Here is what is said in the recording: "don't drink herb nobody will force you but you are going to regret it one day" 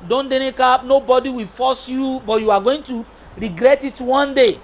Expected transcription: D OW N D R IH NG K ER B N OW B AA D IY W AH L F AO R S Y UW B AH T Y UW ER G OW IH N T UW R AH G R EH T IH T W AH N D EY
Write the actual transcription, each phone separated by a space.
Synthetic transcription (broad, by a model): D OW N D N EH K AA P N OW B AA D IY W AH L F AO S Y UW B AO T Y UW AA G OW IH N T UW R AH G R EH T IH T W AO N D EY